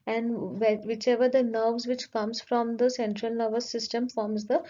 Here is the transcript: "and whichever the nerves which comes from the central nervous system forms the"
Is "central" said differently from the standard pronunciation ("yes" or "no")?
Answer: no